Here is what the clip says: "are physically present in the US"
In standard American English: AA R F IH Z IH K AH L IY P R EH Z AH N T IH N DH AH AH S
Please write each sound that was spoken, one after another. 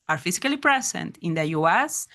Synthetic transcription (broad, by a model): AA R F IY S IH K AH L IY P R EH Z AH N T IH N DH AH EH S